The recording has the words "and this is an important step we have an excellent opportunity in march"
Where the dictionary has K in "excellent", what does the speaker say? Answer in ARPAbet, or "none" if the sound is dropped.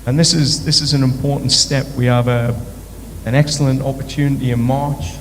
K